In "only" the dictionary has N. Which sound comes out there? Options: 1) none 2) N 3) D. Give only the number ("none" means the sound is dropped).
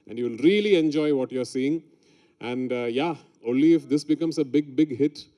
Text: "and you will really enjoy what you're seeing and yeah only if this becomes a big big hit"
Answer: 2